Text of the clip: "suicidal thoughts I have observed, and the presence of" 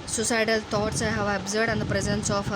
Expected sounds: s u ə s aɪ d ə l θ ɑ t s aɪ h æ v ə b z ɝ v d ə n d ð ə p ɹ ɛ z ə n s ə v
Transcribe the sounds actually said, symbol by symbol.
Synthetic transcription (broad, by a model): s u s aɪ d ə l t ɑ t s aɪ h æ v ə b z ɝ d ə n d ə p ɹ ɛ z ə n s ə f